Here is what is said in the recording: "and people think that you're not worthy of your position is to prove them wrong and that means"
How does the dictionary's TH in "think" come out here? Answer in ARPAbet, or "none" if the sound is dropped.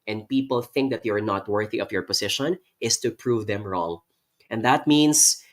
TH